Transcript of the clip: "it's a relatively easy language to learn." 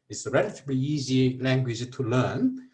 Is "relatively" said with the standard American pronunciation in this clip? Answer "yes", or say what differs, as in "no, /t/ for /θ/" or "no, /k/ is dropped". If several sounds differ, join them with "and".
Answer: no, /b/ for /v/